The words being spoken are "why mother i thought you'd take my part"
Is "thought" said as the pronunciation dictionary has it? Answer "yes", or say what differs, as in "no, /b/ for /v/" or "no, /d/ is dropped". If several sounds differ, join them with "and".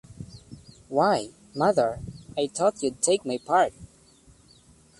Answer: no, /t/ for /θ/